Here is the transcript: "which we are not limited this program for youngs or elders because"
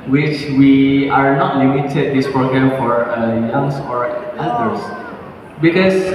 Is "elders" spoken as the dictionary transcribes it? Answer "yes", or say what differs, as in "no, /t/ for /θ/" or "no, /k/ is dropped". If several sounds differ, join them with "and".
no, /l/ is dropped and /s/ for /z/